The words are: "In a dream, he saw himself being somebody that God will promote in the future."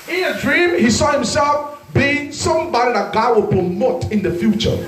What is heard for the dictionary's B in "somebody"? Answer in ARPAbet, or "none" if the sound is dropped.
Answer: B